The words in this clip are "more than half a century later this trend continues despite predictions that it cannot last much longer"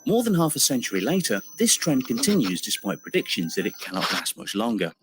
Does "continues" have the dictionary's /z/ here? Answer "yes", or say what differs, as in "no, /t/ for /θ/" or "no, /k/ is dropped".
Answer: yes